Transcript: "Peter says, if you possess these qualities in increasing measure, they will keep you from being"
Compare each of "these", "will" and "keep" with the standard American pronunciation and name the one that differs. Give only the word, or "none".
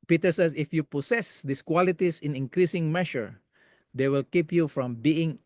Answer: these